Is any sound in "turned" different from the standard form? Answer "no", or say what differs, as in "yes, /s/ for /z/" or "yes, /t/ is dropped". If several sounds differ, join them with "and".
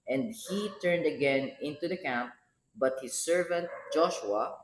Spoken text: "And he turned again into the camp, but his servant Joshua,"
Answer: no